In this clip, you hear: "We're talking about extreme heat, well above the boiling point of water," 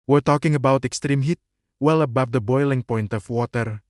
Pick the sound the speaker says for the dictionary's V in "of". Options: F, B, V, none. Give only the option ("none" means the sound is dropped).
F